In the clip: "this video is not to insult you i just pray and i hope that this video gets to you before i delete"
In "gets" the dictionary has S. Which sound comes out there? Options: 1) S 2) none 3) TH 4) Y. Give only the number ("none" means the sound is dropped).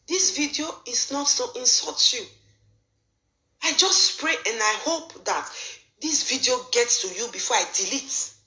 1